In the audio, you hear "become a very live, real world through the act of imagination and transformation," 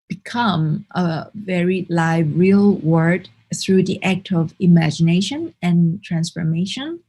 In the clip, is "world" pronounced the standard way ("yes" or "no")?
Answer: no